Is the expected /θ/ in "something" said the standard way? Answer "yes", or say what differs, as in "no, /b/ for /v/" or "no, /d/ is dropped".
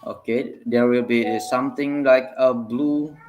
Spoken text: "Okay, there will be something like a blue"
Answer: no, /t/ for /θ/